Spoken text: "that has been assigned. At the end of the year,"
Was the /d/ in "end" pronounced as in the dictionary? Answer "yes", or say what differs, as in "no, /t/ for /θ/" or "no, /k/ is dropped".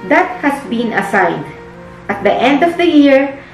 yes